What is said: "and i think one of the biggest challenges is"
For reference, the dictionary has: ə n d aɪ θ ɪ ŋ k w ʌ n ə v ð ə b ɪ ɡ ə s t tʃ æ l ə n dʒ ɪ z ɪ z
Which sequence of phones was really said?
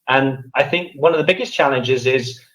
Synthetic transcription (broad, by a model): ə n aɪ θ ɪ ŋ k w ʌ n ə v ð ə b ɪ ɡ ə s tʃ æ l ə n dʒ ɪ z ɪ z